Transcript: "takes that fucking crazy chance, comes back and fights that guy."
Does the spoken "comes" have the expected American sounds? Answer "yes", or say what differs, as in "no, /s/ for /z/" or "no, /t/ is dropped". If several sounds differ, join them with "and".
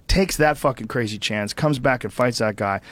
yes